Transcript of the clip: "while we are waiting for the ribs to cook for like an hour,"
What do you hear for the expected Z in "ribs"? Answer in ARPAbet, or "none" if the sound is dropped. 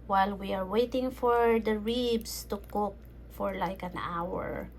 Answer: S